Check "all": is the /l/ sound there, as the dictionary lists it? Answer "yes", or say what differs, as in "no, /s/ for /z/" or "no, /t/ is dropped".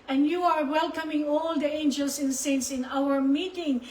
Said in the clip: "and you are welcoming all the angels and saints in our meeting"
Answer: yes